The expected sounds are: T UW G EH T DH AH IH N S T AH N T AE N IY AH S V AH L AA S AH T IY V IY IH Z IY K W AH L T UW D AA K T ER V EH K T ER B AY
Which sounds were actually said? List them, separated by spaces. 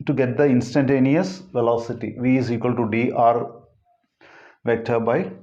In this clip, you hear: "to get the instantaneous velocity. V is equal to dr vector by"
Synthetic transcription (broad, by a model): T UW G EH T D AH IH N S T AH N T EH N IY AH S V AH L AA S AH T IY V IY IH Z IY K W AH L T UW D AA T V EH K T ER B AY